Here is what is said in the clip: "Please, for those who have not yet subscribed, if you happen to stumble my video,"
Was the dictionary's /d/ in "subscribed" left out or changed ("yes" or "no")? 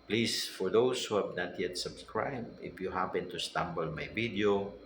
yes